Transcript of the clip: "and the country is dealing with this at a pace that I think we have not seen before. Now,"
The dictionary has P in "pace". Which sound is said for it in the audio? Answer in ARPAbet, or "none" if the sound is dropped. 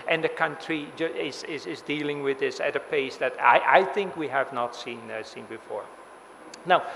P